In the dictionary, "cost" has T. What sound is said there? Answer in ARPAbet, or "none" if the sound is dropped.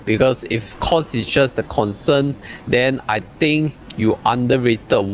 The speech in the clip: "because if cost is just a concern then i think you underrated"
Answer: none